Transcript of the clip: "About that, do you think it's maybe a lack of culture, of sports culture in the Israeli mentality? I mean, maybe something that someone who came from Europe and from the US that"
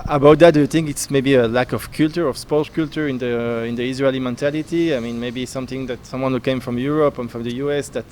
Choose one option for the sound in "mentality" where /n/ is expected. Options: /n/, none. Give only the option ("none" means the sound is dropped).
/n/